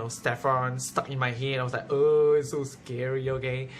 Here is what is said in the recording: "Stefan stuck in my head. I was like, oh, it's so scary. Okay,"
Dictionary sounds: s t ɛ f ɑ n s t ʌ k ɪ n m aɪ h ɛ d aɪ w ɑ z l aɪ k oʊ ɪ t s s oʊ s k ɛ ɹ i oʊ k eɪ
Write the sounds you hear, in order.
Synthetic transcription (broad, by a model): s t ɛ f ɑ n s t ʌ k ɪ n m aɪ h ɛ aɪ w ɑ s l aɪ k oʊ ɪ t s s oʊ s k ɛ ɹ i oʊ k eɪ